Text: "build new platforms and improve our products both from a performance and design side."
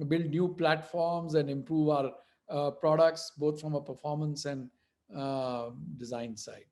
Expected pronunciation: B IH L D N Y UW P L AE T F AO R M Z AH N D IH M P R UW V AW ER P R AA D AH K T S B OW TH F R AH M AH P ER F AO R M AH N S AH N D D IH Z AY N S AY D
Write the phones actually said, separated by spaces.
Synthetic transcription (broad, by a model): B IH L D N Y UW P L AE T F AO R M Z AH N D IH M P R UW V AW ER P R AA D AH K T S B OW T F R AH M AH P ER F AO R M AH N S AH N D D IH Z AY N S AY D